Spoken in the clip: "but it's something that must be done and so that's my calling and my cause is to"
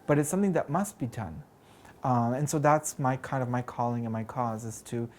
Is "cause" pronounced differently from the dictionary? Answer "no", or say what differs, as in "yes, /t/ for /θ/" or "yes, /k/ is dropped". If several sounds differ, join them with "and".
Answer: no